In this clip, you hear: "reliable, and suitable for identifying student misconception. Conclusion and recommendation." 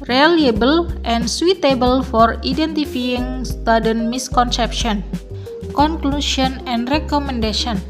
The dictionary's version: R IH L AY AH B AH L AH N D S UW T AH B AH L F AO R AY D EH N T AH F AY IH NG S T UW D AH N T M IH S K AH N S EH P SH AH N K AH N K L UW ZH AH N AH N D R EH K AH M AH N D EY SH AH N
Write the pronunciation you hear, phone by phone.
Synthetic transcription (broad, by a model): R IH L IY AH B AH L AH N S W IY T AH B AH L F AO R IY D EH N T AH F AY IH NG S T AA D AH N M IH S K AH N S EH P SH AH N K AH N K L UW S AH N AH N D R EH K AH M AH N D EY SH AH N